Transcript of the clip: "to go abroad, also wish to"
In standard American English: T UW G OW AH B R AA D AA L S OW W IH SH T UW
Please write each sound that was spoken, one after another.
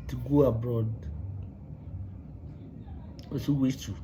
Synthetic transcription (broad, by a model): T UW G OW AH B R AA D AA S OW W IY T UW